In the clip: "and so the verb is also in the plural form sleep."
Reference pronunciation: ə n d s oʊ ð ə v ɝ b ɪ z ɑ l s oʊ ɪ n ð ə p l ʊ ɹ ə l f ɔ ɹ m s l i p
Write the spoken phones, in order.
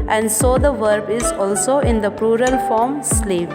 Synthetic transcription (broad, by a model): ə n d s oʊ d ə v ɝ b ɪ z ɑ l s oʊ ɪ n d ə p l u ɹ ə l f ɔ ɹ m s l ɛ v